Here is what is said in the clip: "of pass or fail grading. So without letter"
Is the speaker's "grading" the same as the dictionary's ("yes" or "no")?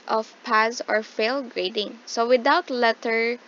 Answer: yes